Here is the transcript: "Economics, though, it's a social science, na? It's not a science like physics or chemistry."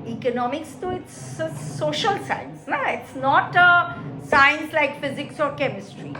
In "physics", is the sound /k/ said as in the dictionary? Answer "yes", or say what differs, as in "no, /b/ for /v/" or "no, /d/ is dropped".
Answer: yes